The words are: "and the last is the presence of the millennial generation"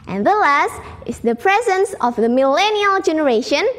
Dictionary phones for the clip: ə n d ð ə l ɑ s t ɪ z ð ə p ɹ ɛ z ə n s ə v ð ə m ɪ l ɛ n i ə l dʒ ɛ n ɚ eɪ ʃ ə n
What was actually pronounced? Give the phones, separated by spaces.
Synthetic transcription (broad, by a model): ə n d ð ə l ɑ s t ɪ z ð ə p ɹ ɛ z ə n s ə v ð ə m ɪ l ɛ n i ə l dʒ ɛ n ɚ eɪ ʃ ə n